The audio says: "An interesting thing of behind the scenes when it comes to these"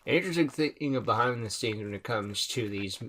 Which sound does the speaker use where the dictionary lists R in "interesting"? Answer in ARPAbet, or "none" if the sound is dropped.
none